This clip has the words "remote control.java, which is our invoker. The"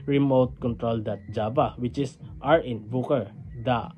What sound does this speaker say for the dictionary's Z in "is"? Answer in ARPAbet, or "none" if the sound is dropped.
S